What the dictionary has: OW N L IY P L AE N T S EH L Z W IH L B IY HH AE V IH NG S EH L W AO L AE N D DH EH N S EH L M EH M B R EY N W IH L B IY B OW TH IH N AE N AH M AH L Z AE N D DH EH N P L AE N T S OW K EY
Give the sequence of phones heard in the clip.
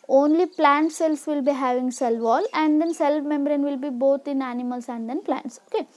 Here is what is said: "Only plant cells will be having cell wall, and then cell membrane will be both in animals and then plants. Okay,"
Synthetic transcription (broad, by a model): OW N L IY P L AE N T S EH L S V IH L B IY HH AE V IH NG S EH L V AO L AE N D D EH N S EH L M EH M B R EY N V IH L B IY B OW T IH N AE N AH M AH L S AE N D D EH N P L AE N T S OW K EY